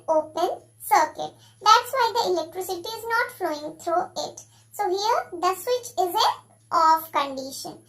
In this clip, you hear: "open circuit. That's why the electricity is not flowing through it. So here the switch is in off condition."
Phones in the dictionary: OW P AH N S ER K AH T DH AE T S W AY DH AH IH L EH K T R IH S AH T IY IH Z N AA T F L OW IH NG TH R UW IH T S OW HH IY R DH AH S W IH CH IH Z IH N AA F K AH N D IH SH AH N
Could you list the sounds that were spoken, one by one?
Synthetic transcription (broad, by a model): OW P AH N S ER K AH T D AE T S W AY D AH IH L EH K T R IH S AH T IY IH Z N AA T F L OW IH NG T R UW IH T S OW HH IY R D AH S W IH CH IH Z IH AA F K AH N D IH SH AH N